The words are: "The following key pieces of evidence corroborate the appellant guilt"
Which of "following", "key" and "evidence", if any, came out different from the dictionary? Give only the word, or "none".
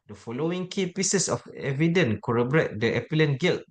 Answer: evidence